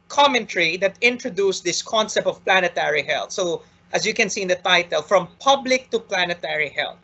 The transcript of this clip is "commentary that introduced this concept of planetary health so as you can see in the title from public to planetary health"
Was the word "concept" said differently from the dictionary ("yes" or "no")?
no